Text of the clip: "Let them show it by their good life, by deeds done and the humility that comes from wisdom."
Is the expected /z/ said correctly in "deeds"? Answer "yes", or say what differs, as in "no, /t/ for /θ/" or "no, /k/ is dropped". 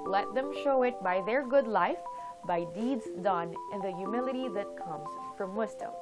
yes